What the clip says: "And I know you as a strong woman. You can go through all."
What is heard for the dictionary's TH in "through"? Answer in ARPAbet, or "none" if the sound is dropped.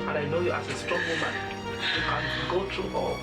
T